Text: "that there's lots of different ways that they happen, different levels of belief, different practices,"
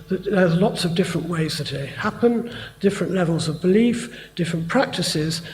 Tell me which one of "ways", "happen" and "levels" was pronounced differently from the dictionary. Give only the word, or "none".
none